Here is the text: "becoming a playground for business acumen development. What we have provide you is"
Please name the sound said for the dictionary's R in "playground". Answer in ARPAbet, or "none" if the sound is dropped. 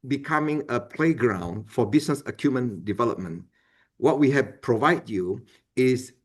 R